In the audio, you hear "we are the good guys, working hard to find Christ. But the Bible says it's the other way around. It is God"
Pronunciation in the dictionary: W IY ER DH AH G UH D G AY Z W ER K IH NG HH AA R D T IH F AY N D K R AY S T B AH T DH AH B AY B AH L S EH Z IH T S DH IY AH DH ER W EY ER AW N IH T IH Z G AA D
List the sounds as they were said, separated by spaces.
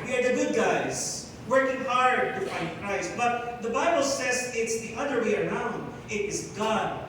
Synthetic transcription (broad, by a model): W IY ER DH AH G UH D G AY Z W ER K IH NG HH AA R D T IH F AY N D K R AY S T B AH T DH AH B AY B L S EH Z IH T S DH IY AH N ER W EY ER AW N IH T IH Z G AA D